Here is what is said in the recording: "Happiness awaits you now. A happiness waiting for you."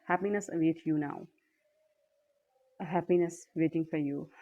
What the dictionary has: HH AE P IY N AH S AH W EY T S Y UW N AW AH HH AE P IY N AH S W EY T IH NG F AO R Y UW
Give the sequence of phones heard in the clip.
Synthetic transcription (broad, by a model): HH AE P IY N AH S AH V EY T Y UW N AW AH HH AE P IY N AH S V EY T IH NG F AO R Y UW